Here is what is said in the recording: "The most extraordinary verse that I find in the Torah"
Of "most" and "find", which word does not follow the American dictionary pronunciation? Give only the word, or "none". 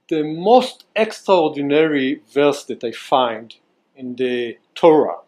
none